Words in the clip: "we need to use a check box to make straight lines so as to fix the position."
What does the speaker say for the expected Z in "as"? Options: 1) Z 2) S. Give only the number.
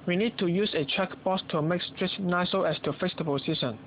2